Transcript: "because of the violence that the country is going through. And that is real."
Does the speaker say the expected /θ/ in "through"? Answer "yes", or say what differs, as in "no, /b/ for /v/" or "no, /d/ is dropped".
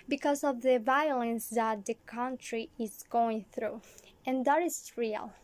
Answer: yes